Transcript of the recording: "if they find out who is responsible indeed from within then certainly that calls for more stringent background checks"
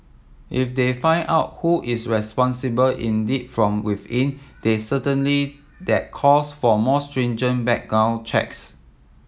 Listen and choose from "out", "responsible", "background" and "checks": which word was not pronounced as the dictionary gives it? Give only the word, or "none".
background